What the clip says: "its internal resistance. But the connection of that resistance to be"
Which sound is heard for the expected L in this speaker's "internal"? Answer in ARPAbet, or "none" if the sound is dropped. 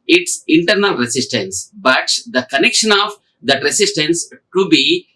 L